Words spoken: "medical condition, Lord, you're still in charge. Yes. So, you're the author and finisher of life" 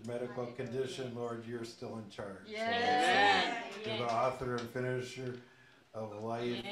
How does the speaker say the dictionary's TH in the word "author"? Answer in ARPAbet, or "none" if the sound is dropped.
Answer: TH